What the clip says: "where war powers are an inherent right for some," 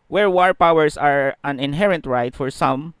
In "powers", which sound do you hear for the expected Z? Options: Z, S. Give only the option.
S